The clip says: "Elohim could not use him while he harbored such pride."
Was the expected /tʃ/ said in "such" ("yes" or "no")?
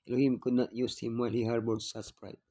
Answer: no